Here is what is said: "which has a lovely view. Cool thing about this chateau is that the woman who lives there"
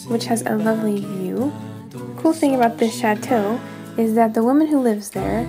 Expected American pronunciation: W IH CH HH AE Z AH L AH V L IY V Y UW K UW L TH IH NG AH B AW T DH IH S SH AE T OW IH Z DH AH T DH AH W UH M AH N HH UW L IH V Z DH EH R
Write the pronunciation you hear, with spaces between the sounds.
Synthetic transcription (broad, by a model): W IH CH HH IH Z AH L AH V L IY V Y UW K UW L TH IH NG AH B AW T DH IH S SH AE T OW IH Z DH AH T DH AH W UH M AH N HH UW L IH V Z DH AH R